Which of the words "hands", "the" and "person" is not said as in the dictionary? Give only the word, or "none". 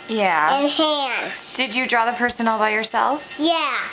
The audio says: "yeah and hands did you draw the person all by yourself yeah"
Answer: hands